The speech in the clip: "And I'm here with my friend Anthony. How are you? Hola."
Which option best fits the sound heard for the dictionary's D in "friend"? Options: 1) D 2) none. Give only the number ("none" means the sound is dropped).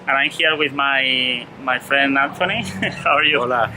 1